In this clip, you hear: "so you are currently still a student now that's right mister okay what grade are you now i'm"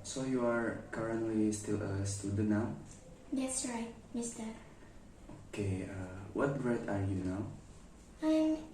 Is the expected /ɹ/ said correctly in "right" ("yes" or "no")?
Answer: yes